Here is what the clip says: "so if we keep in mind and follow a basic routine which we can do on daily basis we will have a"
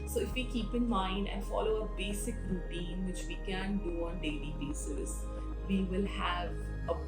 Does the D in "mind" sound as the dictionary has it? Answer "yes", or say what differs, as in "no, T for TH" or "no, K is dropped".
yes